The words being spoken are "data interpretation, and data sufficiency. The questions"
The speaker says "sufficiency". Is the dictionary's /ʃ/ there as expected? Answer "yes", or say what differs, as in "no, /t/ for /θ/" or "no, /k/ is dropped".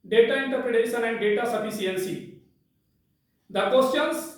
no, /s/ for /ʃ/